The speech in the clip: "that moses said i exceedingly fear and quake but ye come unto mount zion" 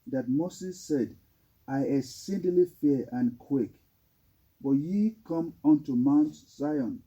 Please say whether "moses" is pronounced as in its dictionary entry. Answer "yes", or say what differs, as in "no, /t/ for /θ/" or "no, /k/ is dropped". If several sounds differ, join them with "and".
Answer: no, /s/ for /z/